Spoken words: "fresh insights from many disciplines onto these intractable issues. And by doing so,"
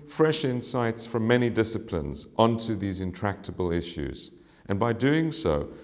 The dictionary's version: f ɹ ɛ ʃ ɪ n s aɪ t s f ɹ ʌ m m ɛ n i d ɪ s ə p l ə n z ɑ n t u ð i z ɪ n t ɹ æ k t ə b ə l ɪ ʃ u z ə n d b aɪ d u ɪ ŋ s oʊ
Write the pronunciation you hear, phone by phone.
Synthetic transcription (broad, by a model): f ɹ ɛ ʃ ɪ n s aɪ t s f ɹ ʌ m m ɛ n i d ɪ s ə p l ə n z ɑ n t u ð i z ɪ n t ɹ æ k t ə b ə l ɪ ʃ u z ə n b aɪ d u ɪ ŋ s oʊ